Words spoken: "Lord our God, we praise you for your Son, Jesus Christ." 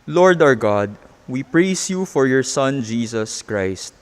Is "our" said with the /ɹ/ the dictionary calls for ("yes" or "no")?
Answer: yes